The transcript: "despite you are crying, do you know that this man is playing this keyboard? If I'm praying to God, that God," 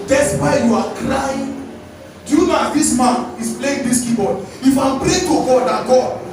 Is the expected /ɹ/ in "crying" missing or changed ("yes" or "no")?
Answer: yes